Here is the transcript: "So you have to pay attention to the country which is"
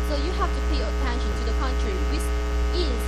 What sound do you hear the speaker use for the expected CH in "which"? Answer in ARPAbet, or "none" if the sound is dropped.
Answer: S